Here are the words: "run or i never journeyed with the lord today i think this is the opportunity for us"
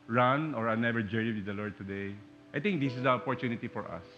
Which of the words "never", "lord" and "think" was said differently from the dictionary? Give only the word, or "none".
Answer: think